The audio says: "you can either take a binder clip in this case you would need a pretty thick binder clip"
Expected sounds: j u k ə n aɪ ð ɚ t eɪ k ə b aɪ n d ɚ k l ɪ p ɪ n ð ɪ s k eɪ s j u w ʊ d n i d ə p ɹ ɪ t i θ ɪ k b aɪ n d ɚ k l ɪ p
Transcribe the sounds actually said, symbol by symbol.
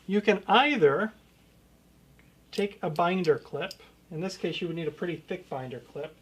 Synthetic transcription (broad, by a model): j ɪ k ə n aɪ ð ɚ t eɪ k ə b aɪ n d ɚ k l ɪ p ɪ n ð ɪ s k eɪ s j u w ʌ d n i d ə p ɹ ɪ t i θ ɪ k b aɪ n d ɚ k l ɪ p